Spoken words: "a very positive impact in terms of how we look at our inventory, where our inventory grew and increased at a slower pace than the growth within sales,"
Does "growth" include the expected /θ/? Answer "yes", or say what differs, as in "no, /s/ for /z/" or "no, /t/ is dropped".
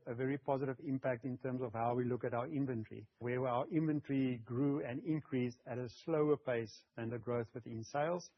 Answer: yes